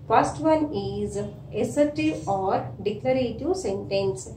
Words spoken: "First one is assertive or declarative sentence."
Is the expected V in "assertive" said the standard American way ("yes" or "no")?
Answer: no